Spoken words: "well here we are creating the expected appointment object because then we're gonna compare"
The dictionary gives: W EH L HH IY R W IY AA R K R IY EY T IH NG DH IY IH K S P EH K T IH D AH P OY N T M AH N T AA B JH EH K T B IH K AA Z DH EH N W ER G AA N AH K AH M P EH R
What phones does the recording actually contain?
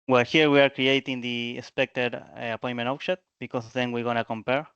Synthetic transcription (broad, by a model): W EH L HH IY R W IY AA R K R IY EY T IH NG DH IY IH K S P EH K T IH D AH P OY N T M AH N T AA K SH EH T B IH K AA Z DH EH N W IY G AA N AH K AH M P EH R